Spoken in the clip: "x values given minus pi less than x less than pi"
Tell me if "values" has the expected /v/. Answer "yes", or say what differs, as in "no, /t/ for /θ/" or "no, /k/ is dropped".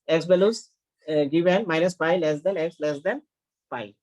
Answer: no, /b/ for /v/